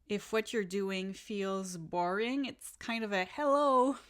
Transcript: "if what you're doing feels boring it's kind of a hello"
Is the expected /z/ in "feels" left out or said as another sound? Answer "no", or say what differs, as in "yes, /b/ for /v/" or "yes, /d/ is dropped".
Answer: no